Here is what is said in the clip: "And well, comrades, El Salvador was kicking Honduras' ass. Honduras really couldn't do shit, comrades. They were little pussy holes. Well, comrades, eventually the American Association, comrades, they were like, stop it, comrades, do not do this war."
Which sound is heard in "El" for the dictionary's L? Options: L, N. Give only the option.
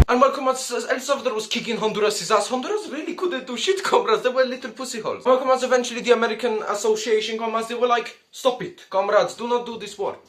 L